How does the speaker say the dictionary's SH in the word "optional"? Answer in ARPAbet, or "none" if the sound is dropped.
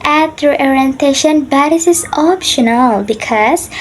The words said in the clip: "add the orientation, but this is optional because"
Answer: SH